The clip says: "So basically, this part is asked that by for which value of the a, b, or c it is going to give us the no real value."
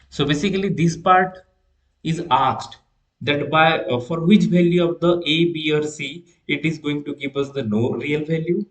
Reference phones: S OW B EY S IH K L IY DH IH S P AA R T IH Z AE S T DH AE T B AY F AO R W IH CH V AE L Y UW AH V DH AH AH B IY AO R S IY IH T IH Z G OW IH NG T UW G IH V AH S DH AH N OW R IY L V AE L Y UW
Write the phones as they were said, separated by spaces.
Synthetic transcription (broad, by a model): S OW B EY S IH K L IY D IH S P AA R T IH Z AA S T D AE T B AY F AO R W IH CH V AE L Y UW AH V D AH AH B IY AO R S IY IH T IH Z G OW IH NG T UW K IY P AH S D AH N OW R IY L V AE L Y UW